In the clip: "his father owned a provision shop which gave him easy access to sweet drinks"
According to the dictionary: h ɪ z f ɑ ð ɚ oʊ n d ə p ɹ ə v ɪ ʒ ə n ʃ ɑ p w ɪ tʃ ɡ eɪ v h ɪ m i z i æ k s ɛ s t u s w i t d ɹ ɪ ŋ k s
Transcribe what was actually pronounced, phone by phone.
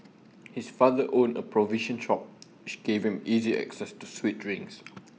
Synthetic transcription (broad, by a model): h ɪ s f ɑ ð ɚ oʊ n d ə p ɹ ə v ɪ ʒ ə n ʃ ɑ p w ɪ tʃ ɡ eɪ v h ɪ m i z i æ k s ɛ s t u s w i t ɹ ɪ ŋ s